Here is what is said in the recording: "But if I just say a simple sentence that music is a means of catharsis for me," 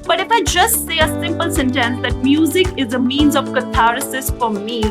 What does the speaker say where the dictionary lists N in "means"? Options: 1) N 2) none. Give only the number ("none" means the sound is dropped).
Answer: 1